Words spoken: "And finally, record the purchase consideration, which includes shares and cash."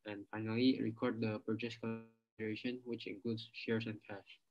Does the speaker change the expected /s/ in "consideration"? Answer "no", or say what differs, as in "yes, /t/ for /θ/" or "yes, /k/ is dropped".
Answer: yes, /s/ is dropped